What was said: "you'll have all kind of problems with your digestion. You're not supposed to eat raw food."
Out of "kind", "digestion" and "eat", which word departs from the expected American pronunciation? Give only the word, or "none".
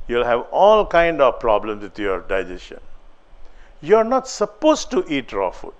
digestion